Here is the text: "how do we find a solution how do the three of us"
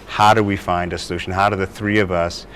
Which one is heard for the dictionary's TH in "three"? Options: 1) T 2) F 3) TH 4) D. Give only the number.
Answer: 3